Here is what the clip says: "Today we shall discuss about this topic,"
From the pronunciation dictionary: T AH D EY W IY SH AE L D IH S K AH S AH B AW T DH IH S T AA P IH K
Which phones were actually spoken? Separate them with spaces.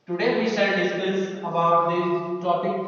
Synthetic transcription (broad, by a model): T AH D EY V IY S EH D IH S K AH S AH B AW T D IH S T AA P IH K